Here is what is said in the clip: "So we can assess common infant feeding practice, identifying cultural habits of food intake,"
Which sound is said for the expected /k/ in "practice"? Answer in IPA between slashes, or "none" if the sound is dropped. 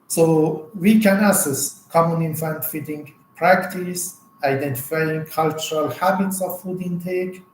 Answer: /k/